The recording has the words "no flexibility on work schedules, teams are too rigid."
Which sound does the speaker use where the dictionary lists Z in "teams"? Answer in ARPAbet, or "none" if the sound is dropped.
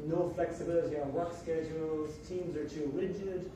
Z